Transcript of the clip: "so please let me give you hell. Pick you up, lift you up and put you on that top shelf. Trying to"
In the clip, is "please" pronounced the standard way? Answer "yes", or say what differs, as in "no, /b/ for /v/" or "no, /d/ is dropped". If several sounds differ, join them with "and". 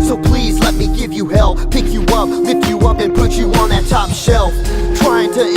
yes